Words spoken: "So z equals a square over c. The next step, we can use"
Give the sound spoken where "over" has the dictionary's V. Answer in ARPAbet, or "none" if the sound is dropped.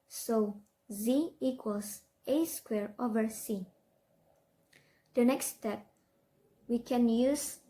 V